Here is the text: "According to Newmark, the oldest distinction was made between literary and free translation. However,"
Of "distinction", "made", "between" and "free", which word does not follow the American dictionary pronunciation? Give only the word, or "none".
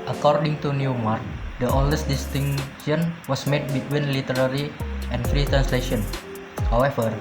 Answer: distinction